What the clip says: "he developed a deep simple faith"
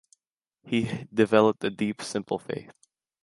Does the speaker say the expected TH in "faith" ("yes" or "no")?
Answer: yes